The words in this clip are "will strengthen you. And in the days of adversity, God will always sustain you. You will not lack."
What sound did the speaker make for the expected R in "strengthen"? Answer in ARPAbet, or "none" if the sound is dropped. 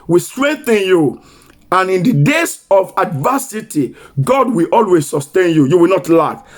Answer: R